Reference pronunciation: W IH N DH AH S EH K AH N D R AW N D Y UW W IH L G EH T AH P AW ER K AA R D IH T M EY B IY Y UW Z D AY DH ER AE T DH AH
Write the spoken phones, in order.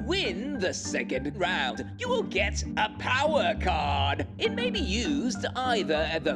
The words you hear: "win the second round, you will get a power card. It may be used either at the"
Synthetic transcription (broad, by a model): W IH N DH AH S EH K AH N D R AW N D Y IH W IH L G EH T AH P AW ER K AA R D IH T M EY B IY Y UW Z D AY DH ER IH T DH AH